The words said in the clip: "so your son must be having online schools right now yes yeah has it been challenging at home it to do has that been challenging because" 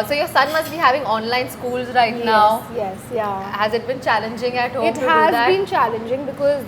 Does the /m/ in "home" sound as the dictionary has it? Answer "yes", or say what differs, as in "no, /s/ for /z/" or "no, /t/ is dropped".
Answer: no, /m/ is dropped